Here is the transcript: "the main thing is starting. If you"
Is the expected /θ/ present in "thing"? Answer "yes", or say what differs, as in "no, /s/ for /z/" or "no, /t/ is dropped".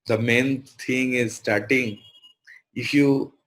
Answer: no, /t/ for /θ/